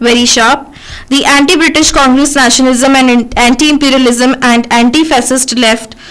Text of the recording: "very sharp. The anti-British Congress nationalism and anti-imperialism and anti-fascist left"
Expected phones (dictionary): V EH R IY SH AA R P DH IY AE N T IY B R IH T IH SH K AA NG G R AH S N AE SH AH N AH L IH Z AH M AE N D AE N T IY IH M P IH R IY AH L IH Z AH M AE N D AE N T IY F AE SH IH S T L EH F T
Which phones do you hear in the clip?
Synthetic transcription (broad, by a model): V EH R IY SH AA R P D IY AE N T IY B R IH T IH SH K AA NG G R AH S N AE SH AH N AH L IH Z AH M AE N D AE N T IY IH M P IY R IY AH L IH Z AH M AE N D AE N T IY F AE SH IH S T L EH F T